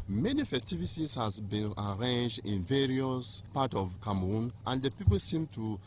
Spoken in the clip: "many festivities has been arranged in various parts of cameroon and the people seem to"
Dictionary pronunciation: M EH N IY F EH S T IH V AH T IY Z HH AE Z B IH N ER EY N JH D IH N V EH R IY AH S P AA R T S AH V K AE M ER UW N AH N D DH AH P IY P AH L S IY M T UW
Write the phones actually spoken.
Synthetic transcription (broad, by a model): M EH N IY F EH S T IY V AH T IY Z HH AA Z B IH N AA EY N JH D IH N V EH R IY AH S P AA T AH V K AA M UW N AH N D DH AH P IY P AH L S IY M T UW